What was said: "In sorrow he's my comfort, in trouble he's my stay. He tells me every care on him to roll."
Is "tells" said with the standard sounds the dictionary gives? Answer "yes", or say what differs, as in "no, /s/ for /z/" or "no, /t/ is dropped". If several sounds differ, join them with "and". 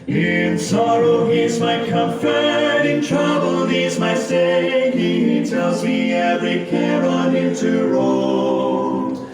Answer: yes